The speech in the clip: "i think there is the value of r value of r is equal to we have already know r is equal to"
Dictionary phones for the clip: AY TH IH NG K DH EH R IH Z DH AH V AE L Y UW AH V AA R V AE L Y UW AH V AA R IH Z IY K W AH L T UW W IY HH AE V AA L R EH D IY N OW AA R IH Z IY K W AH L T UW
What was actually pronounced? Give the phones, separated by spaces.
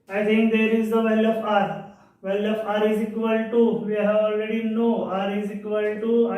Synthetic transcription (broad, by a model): AY T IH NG K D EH R IH Z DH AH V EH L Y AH P AA R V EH L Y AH P AA R IH Z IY K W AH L T UW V IY HH AE V AA L R EH D IY N OW AA R IH Z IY K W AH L T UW